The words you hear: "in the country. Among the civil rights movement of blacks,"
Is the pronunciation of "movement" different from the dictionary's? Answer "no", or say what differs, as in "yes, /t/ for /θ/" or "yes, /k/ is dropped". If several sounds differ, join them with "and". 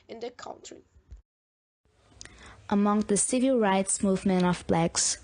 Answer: yes, /t/ is dropped